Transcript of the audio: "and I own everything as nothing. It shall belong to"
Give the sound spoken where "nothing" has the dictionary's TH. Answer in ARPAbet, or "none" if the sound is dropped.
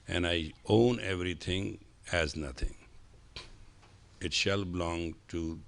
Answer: T